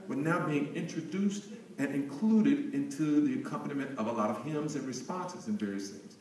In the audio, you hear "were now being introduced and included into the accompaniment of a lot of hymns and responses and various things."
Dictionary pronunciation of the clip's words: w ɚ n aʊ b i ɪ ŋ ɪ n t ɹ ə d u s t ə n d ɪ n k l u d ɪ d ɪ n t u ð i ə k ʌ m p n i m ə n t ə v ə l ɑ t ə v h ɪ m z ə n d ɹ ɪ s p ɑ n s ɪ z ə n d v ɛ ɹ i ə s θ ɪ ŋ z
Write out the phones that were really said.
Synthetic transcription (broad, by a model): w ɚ n aʊ b i ɪ ŋ ɪ n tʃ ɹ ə d u s t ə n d ɪ n k l u d ɪ d ɪ n t u ð i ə k ʌ m p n i m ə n t ə v ə l ɑ t ə v h ɪ m z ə n ɹ ɪ s p ɑ n s ɪ z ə n v ɛ ɹ i ə s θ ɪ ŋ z